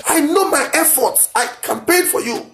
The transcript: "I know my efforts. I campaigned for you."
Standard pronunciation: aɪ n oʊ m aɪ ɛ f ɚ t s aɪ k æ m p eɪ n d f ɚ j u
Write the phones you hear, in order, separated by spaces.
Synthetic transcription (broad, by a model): aɪ n oʊ m aɪ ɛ f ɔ t s aɪ k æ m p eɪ d f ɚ j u